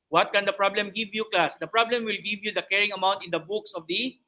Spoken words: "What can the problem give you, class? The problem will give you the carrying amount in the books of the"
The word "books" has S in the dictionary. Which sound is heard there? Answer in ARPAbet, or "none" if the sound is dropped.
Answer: S